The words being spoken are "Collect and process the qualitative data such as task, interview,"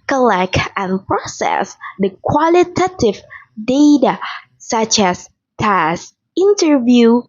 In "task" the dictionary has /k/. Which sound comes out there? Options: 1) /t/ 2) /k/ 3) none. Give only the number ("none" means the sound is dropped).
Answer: 3